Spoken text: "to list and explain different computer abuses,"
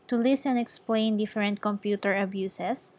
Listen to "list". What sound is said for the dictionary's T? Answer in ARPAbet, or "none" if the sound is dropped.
none